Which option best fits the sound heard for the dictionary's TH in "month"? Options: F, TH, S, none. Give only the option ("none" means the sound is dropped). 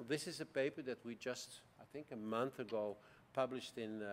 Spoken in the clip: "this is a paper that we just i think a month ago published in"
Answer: TH